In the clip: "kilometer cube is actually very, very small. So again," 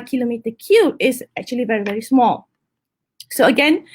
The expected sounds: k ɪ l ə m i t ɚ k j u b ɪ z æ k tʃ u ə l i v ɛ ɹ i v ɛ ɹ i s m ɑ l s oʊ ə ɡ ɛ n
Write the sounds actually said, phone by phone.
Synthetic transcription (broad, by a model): k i l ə m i t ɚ k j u ɪ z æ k tʃ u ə l i v ɛ ɹ i v ɛ ɹ i s m ɑ l s oʊ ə ɡ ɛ n